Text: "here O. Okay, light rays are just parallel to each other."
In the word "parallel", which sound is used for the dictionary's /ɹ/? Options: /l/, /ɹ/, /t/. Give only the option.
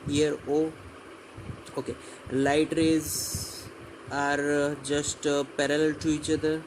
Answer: /ɹ/